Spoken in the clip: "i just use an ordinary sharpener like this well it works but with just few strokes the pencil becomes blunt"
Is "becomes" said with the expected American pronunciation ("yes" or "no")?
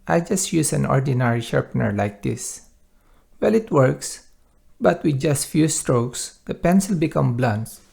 no